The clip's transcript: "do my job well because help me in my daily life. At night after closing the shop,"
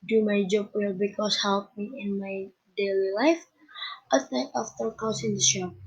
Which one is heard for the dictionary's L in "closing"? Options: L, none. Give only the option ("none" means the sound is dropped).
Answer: none